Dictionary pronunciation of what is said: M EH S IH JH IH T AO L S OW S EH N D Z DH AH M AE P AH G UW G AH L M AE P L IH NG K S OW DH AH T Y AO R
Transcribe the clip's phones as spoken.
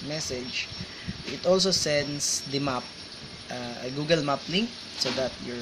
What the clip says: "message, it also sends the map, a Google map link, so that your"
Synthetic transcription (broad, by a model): M EH S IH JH IH T AO L S OW S EH N D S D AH M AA P AH G UW G AH L M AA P L IH NG K S OW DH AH T Y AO R